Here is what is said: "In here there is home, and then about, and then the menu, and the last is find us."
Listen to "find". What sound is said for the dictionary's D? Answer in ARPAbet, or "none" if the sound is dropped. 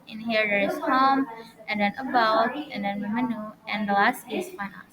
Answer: none